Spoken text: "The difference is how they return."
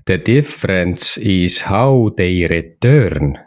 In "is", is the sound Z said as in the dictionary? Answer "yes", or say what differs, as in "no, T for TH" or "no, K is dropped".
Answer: no, S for Z